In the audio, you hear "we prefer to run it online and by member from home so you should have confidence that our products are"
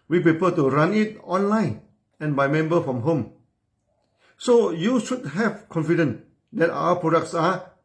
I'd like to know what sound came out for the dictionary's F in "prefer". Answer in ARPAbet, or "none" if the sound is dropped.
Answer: P